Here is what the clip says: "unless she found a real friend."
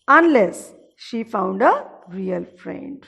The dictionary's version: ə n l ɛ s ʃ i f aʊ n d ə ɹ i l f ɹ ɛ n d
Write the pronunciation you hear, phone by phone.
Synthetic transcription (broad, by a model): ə n l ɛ s ʃ i f aʊ n d ə ɹ i l f ɹ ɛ n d